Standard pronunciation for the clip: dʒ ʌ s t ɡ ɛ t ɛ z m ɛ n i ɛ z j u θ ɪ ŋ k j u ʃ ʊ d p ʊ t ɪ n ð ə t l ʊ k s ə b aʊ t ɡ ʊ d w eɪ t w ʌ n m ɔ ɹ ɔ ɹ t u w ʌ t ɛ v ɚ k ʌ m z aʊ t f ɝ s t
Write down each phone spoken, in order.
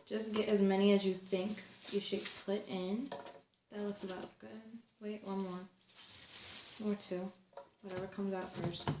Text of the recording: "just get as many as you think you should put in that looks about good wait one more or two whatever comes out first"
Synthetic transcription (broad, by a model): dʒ ʌ s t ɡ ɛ t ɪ z m ɛ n i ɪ z j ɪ θ ɪ ŋ k j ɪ ʃ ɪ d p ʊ t ɪ n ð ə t l ʊ k s ə b aʊ t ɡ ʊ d w eɪ t w ʌ n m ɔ ɹ ɔ ɹ t u w ʌ t ɛ v ɚ k ʌ m z aʊ t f ɝ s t